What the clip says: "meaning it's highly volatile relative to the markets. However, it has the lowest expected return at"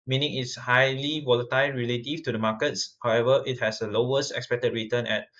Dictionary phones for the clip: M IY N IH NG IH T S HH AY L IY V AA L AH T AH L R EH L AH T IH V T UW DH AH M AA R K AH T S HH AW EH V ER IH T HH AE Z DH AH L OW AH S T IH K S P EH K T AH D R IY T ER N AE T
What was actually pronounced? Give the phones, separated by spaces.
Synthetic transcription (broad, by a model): M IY N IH NG IH T S HH AY L IY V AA L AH T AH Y R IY L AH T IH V T UW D AH M AA K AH T S HH AW EH V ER IH T HH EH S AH L OW AH S T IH K S P EH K T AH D R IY T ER N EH T